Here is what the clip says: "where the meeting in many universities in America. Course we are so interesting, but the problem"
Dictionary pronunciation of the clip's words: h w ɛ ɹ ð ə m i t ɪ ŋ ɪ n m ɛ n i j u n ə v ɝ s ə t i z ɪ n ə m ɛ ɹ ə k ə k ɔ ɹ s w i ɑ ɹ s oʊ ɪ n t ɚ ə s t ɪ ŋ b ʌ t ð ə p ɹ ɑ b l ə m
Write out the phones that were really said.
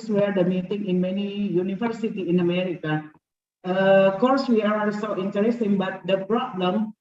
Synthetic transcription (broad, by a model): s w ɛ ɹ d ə m i t ɪ ŋ ɪ n m ɛ n i j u n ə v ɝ s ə t i ɪ n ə m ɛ ɹ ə k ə k ɔ ɹ s w i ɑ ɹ s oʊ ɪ n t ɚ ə s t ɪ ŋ b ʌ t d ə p ɹ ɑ b l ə m